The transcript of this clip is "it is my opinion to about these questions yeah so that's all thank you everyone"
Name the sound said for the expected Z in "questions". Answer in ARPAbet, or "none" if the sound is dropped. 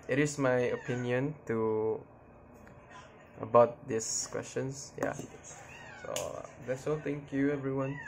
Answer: S